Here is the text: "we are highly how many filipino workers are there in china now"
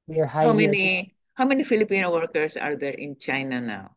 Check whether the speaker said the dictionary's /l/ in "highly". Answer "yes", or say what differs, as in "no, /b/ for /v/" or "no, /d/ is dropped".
no, /n/ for /l/